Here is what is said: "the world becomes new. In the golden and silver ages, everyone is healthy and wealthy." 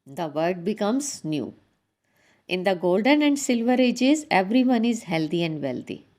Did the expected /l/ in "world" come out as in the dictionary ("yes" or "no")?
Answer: no